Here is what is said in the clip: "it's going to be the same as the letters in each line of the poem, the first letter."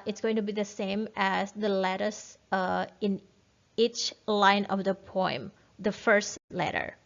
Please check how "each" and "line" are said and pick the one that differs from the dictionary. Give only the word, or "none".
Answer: none